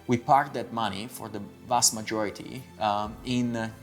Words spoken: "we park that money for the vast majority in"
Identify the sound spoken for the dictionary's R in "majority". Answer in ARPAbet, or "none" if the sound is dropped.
R